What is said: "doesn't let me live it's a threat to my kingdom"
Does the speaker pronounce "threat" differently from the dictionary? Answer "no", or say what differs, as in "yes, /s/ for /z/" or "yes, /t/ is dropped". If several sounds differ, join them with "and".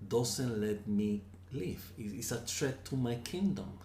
yes, /t/ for /θ/